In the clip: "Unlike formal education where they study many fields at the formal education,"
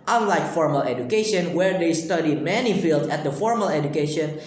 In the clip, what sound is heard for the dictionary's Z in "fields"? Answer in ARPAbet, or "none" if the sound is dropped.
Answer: none